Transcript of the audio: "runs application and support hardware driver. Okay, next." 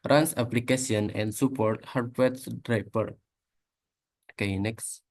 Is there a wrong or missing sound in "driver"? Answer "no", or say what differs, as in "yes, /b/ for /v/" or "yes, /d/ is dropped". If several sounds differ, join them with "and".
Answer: yes, /p/ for /v/